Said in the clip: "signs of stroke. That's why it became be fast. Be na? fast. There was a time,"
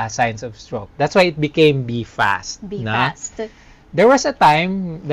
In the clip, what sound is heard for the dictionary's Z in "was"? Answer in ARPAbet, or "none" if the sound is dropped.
S